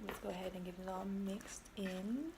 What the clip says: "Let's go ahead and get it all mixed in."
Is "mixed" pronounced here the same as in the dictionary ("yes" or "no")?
yes